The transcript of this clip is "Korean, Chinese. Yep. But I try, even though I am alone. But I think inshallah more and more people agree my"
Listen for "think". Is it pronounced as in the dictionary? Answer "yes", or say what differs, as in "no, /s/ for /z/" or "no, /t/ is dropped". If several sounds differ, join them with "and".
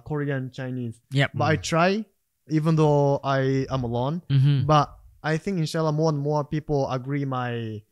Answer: yes